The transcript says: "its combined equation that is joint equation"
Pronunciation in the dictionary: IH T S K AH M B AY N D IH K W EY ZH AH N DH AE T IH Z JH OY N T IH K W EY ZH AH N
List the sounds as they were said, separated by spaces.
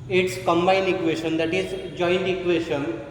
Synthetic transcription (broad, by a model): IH T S K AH M B AY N IH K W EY SH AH N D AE T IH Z JH OY N T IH K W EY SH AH N